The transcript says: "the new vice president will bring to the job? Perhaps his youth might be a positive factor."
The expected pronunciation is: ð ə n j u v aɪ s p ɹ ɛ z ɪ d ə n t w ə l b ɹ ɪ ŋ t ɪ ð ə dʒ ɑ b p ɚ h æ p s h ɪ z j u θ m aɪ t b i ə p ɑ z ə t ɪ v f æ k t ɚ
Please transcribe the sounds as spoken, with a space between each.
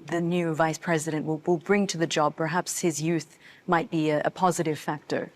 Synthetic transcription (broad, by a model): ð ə n j u v aɪ s p ɹ ɛ z ɪ d ə n t w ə l b ɹ ɪ ŋ t ɪ ð ə dʒ ɑ b p ɚ h æ p s h ɪ z j u θ m aɪ t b i ə p ɑ z ə t ɪ v f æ k t ɚ